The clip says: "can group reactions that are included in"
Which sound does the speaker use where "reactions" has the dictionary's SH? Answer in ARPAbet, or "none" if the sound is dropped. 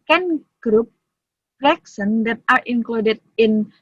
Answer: S